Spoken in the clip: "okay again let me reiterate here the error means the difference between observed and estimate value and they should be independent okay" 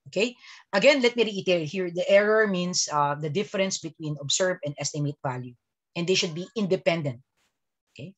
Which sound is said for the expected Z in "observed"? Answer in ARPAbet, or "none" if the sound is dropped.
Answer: S